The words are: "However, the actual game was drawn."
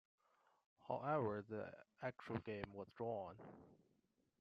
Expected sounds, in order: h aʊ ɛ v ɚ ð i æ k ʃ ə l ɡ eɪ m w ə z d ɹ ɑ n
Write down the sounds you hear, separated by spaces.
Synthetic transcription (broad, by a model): h aʊ ɛ v ɚ ð i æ k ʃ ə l ɡ eɪ m w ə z d ɹ ɑ n